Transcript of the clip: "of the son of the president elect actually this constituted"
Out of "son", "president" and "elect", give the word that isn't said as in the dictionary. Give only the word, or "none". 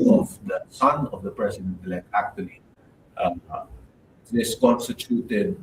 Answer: president